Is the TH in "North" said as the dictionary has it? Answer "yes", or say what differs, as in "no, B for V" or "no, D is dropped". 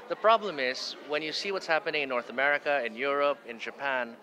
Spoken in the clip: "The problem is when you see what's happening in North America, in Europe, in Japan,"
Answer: yes